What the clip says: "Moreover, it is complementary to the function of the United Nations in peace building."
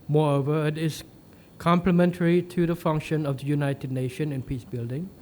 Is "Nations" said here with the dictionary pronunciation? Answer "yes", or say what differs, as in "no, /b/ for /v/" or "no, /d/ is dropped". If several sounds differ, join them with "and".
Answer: no, /z/ is dropped